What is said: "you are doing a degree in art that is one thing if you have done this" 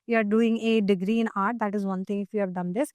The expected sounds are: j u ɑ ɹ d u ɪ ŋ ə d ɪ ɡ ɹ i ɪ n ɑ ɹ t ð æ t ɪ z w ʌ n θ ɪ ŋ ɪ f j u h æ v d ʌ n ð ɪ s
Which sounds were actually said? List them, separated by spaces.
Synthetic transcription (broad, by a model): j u ɑ ɹ d u ɪ ŋ ə d ɪ ɡ ɹ i ɪ n ɑ ɹ t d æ t ɪ z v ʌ n t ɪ ŋ ɪ f j u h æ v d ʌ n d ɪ s